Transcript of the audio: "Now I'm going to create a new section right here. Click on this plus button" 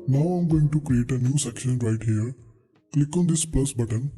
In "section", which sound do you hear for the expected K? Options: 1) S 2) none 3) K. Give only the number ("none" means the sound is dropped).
3